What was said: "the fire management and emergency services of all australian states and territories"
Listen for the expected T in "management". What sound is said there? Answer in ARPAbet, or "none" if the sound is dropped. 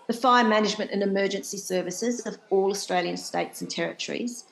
T